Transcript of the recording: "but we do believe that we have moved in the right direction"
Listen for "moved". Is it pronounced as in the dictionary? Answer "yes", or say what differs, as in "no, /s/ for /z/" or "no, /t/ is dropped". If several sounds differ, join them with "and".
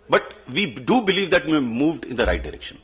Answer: yes